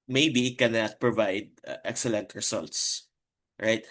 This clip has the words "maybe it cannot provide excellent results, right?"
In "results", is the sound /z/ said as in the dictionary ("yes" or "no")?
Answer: no